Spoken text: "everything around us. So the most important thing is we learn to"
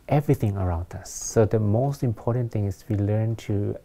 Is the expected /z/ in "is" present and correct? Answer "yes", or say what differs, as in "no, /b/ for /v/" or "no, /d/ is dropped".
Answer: no, /s/ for /z/